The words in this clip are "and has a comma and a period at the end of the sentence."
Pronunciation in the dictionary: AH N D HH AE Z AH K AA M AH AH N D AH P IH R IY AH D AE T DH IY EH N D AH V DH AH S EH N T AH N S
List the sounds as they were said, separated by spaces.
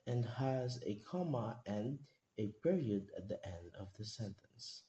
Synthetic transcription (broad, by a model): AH N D HH AE Z AH K AA M AH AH N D AH P IH R IY AH D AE T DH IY EH N D AH V DH AH S EH N T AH N S